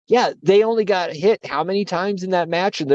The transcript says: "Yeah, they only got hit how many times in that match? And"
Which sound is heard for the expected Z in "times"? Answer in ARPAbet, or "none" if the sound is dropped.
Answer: Z